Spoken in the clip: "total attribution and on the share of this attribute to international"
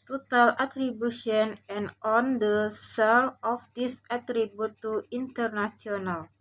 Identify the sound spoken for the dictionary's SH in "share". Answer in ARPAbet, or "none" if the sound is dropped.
S